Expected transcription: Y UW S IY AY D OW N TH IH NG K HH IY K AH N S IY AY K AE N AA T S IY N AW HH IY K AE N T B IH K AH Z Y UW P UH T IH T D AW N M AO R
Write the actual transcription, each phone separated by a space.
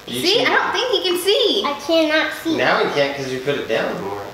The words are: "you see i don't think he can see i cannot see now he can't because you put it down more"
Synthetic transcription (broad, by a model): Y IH S IY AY D OW N TH IH NG K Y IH K AH N S IY AY K AE N AA T S IY N AW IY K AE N K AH Z Y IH P UH T IH T D AW N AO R